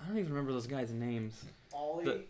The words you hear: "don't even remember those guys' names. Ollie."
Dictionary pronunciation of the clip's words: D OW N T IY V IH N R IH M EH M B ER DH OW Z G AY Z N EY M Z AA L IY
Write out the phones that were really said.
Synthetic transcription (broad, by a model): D OW N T IY V IH N R IH M EH M B ER DH OW Z G AY Z N EY M Z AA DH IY